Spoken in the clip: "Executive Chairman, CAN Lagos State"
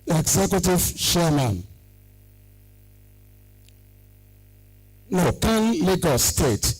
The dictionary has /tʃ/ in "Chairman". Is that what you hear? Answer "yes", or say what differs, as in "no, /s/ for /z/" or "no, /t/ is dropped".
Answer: no, /ʃ/ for /tʃ/